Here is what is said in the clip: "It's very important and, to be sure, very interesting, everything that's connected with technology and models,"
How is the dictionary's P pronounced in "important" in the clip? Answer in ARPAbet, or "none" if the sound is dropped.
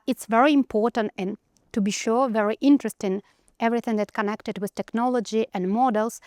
P